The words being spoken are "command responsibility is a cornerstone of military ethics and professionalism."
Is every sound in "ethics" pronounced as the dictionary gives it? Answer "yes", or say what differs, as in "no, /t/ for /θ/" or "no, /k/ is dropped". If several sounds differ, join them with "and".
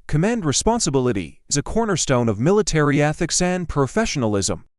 yes